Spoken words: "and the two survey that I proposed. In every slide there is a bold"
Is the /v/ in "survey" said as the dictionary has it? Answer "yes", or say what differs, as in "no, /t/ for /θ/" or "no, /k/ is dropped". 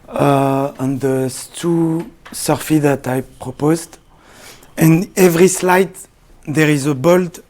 no, /f/ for /v/